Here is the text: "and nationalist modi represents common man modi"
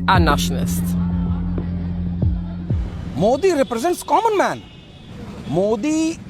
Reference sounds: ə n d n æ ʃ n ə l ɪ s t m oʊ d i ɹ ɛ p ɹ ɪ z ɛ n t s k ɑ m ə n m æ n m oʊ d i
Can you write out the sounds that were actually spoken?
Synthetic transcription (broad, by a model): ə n n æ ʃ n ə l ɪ s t m oʊ d i ɹ ɛ p ɹ ɪ z ɛ n t s k ɑ m ə n m æ n m oʊ d i